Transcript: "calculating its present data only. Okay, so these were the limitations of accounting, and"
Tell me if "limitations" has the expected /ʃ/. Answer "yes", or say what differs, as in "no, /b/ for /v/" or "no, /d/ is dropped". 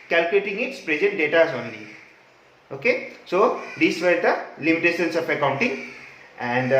no, /s/ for /ʃ/